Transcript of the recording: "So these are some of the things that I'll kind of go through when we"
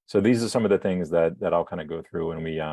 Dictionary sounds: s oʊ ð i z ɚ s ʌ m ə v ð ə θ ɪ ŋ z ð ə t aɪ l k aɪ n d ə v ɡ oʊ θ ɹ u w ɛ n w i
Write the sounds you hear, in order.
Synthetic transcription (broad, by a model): s oʊ ð i z ɚ s ʌ m ə v ð ə θ ɪ ŋ z ð ə t aɪ l k aɪ n d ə ɡ oʊ θ ɹ u w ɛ n w i